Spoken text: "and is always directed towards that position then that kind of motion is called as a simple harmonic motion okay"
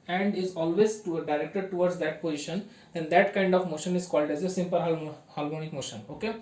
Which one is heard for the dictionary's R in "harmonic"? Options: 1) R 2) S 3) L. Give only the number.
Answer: 3